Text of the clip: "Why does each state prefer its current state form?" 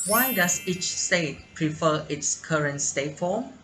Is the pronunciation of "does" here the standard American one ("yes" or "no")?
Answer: no